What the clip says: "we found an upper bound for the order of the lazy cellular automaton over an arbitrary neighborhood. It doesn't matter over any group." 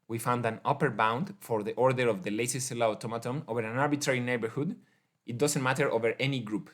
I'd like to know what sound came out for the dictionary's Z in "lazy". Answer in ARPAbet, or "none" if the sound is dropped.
S